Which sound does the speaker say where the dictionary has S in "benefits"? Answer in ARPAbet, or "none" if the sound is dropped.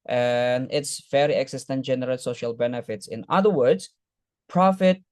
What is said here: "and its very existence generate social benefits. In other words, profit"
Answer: S